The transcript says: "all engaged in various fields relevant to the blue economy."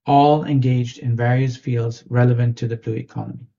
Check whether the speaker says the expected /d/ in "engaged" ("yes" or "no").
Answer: yes